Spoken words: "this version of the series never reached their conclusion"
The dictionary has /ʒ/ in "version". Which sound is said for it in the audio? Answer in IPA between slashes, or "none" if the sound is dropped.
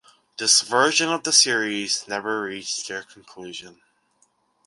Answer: /ʒ/